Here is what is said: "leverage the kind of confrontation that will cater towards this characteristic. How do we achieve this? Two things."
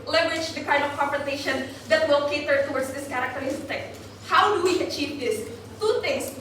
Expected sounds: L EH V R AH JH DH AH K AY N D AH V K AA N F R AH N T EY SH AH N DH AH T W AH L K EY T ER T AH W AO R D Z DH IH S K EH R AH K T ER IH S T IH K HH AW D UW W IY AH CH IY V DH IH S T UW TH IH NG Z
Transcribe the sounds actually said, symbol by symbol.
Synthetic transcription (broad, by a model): L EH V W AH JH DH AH K AY N D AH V K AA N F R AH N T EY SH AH N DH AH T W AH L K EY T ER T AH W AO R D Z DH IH S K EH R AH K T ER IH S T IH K HH AW D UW W IY AH CH IY V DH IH S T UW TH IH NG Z